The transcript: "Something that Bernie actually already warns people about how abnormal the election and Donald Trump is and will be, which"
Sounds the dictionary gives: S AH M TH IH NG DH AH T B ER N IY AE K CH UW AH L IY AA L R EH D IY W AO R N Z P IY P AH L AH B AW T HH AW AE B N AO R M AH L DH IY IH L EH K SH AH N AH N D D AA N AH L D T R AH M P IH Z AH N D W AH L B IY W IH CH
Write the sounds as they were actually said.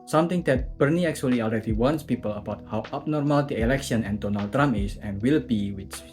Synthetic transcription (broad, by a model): S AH M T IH NG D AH T B ER N IY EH K CH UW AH L IY AA L R EH D IY W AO N S P IY P AH L AH B AW T HH AW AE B N AO R M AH L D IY IH L EH K SH AH N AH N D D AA N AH L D T R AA M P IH S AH N W AH L B IY W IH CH